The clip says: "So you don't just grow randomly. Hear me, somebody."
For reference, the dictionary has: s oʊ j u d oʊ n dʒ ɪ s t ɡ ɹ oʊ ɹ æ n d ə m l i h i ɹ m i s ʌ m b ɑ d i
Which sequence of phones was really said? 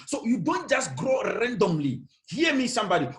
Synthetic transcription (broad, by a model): s oʊ j u d oʊ n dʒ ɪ s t ɡ ɹ oʊ ɹ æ n d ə m l i h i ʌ m i s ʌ m b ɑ d i